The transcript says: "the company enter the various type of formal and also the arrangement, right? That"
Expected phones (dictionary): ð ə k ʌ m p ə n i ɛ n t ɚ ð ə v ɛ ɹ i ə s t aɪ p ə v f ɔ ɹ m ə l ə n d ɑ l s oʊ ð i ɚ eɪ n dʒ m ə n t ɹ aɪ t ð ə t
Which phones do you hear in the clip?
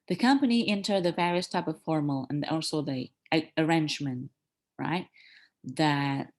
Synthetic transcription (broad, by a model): ð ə k ʌ m p ə n i ɛ n t ɚ ð ə v ɛ ɹ i ə s t aɪ p ə v f ɔ ɹ m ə l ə n ɑ l s oʊ ð i ɚ eɪ n dʒ m ə n t ɹ aɪ t ð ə t